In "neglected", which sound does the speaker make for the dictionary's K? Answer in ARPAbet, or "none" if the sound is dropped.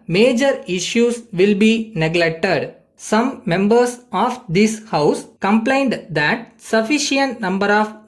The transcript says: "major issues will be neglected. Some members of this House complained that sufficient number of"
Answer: K